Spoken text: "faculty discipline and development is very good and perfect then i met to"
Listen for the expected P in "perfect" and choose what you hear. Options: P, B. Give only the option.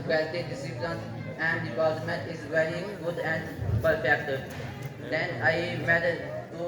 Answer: B